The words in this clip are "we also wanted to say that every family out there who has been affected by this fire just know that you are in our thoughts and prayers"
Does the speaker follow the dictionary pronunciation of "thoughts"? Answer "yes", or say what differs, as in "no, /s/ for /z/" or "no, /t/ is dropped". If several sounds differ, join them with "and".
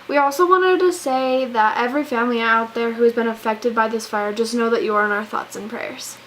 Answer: yes